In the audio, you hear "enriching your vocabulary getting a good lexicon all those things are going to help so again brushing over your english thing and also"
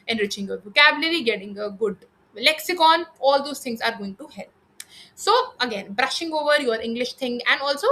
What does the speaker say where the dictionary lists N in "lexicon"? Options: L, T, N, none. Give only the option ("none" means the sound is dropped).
N